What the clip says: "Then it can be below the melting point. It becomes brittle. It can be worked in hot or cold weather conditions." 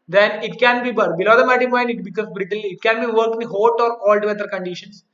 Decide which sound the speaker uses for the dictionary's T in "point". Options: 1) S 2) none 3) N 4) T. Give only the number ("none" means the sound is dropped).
2